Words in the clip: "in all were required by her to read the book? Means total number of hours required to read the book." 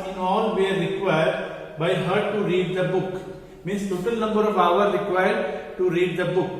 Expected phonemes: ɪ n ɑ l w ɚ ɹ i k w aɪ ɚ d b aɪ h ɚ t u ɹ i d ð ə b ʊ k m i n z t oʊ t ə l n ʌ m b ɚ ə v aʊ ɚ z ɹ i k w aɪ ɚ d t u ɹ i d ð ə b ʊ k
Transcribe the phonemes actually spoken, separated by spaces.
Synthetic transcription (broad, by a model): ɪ n ɑ l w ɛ ɹ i k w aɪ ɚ d b aɪ h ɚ t u ɹ i d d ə b ʊ k m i n s t oʊ t ə l n ʌ m b ɚ ə v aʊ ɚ ɹ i k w aɪ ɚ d t u ɹ i d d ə b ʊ k